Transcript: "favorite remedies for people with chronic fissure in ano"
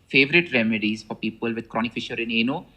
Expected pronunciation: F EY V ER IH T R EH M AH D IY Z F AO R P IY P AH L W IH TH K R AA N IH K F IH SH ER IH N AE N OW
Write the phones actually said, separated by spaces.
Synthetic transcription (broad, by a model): F EY V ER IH T R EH M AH D IY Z F AO R P IY P AH L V IH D K R AA N IH K F IH SH ER IH N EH N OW